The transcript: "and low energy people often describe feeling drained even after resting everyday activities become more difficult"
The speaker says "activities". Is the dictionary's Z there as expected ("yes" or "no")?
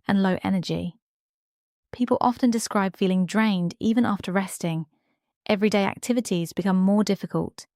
yes